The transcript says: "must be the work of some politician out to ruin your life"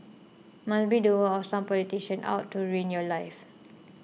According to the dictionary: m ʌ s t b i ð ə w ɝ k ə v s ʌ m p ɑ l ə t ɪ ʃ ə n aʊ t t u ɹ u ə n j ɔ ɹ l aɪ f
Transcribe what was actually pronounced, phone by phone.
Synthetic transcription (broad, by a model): m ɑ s b i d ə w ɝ ə s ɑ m p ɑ l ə t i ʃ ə n aʊ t t u ɹ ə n j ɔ l aɪ f